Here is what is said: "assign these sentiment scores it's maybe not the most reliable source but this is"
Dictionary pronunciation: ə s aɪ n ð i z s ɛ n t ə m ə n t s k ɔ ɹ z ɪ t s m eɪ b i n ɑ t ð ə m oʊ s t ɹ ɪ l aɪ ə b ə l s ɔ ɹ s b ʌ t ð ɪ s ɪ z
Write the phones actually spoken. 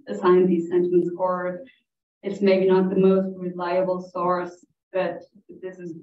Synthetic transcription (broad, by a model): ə s aɪ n ð i z s ɛ n t ə m ə n t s ɔ ɹ ɪ t s m eɪ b i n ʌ t ð ə m oʊ s t ɹ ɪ l aɪ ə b l s ɔ ɹ s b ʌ t ð ɪ s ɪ z